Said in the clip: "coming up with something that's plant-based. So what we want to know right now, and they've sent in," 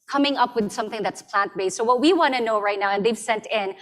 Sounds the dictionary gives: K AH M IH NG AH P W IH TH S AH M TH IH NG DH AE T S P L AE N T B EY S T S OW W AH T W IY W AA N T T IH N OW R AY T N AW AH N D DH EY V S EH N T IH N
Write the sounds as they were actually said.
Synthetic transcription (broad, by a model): K AH M IH NG AH P W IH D S AH M TH IH NG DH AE T S P L AE N T B EY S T S OW W AH T W IY W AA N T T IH N OW R AY T N AW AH N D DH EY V S EH N T IH N